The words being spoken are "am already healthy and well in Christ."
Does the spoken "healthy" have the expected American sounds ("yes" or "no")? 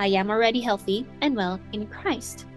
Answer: yes